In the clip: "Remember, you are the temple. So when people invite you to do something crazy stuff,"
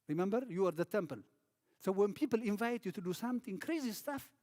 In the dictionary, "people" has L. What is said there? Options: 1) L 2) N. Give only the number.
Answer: 1